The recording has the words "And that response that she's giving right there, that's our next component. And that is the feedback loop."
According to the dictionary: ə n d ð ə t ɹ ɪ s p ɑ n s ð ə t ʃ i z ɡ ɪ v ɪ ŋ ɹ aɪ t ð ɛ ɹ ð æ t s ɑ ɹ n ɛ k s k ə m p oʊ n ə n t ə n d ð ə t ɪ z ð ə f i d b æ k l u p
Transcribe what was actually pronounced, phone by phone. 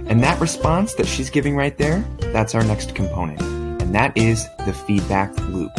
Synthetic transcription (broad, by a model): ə n ð ə t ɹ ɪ s p ɑ n s ð ə t ʃ i z ɡ ɪ v ɪ ŋ ɹ aɪ t ð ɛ ɹ ð æ t s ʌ ɹ n ɛ k s k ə m p oʊ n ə n t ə n ð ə t ɪ z ð ə f i d b æ k l u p